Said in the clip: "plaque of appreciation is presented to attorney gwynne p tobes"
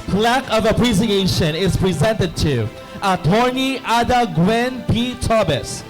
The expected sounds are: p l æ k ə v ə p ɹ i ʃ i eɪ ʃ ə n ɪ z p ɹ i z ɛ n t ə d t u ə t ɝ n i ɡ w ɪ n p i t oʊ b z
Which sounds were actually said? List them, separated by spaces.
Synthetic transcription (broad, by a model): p l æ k ə v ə p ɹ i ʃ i eɪ ʃ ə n ɪ z p ɹ i z ɛ n t ə d t u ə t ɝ n i ɡ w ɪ n p i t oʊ b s